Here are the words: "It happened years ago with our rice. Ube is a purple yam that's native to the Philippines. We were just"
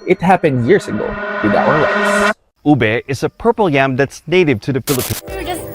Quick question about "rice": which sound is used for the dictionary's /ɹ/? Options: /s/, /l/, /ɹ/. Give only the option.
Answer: /l/